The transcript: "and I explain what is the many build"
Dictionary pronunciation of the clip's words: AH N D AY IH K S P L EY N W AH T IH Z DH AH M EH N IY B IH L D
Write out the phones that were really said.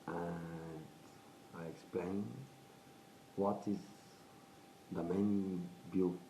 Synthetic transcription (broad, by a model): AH N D AY IH K S P L EY N W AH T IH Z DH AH M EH IY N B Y